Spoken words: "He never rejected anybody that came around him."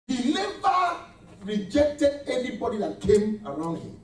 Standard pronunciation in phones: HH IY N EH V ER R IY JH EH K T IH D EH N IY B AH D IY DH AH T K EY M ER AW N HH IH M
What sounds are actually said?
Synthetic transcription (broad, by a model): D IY L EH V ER R IY JH EH K T IH D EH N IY B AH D IY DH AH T K EY M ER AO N HH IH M